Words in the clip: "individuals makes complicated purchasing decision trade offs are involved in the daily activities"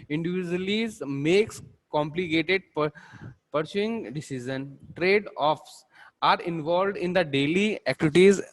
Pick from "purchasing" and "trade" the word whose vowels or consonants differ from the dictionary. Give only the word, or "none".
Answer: purchasing